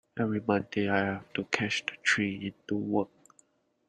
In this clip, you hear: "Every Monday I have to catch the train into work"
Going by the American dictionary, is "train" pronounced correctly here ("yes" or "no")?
no